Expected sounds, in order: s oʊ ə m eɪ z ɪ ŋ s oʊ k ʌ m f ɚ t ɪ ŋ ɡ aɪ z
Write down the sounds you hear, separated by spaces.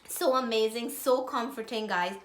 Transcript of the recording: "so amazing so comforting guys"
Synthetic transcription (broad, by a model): s oʊ ə m eɪ z ɪ ŋ s oʊ k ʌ m f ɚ t ɪ ŋ ɡ aɪ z